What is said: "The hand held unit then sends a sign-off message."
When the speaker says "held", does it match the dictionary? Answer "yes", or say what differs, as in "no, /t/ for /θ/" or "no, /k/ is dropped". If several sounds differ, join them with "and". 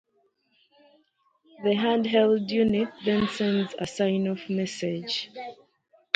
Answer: yes